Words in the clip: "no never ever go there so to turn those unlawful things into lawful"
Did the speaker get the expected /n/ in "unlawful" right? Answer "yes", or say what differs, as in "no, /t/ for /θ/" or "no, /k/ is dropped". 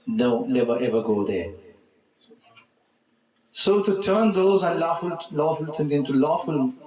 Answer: no, /l/ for /n/